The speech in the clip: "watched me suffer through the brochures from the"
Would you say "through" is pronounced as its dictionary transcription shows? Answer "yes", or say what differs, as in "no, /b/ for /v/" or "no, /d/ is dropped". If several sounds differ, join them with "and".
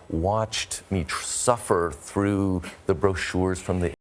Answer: yes